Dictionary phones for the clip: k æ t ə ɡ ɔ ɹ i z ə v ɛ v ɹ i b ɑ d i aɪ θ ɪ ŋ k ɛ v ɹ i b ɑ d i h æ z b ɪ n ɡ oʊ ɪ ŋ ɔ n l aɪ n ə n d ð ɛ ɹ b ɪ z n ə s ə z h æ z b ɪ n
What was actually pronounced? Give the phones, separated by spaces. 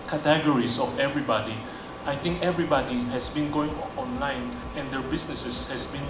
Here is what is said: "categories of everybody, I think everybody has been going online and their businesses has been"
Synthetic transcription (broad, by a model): k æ t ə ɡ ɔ ɹ i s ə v ɛ v ɹ i b ɑ d i aɪ t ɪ ŋ k ɛ v ɹ i b ɑ d i h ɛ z b ɪ n ɡ oʊ ɪ ŋ ɔ n l aɪ n ə n d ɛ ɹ b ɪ s n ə s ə s h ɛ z b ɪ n